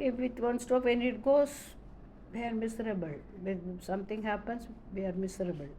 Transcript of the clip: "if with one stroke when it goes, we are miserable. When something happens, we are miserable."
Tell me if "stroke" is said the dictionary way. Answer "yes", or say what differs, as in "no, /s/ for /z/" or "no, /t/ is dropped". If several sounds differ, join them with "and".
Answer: no, /ɹ/ is dropped